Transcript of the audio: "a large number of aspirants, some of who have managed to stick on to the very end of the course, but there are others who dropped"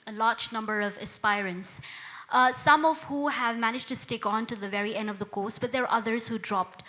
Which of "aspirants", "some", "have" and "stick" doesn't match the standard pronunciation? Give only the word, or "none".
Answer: none